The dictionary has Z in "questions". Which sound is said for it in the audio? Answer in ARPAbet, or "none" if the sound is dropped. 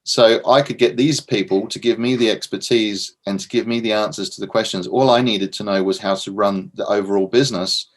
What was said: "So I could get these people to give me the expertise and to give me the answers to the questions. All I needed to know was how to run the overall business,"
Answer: Z